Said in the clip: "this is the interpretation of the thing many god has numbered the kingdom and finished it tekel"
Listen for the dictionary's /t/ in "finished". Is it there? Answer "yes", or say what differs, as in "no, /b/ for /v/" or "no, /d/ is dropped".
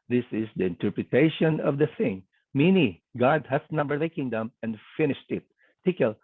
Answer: yes